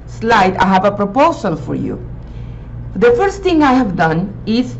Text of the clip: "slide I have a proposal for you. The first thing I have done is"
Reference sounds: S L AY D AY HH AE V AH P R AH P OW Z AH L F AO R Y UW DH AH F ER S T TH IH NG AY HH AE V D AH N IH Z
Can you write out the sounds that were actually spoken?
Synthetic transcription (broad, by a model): S L AY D AY HH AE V AH P R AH P OW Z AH L F AO R Y UW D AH F ER S T T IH NG AY HH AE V D AH N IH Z